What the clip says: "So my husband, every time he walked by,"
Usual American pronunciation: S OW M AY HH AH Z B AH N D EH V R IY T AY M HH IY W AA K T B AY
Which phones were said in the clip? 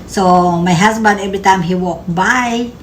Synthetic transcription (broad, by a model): S OW M AY HH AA S B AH N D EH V R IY T AY M HH IY W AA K B AY